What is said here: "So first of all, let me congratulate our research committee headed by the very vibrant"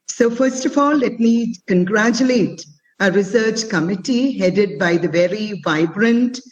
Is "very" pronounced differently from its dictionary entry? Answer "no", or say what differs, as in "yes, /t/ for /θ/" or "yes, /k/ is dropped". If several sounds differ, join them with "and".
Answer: no